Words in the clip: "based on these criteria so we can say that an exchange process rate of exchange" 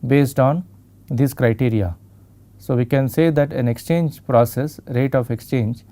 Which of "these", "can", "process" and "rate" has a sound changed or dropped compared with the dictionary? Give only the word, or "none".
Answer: these